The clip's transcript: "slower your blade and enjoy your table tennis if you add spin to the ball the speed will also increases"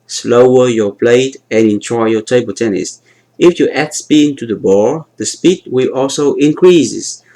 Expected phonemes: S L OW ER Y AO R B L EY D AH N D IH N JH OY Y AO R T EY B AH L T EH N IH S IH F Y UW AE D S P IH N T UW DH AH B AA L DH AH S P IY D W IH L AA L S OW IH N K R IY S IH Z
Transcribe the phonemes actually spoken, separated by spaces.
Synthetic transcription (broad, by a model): S L OW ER Y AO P L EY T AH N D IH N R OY Y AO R T EY B AH L T EH N IH S IH F Y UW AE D S P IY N T UW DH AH B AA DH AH S P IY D W IH L AA L S OW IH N K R IY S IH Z